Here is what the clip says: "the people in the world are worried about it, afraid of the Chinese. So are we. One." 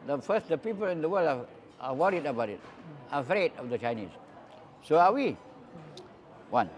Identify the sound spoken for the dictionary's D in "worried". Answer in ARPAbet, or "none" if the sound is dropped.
D